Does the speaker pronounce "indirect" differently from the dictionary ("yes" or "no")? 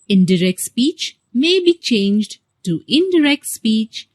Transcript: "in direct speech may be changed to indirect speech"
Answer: no